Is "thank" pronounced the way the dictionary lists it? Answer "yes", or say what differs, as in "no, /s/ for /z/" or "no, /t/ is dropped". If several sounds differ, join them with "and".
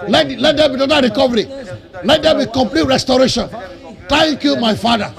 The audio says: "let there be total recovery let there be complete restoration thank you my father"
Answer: no, /t/ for /θ/